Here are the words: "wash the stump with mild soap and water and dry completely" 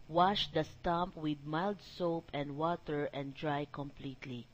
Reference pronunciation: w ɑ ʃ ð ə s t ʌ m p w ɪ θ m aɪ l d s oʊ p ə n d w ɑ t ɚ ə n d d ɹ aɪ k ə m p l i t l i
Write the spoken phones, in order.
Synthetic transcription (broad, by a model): w ɑ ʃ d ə s t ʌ m p w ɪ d m aɪ l d s oʊ p ə n d w ɑ t ɚ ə n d d ɹ aɪ k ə m p l i t l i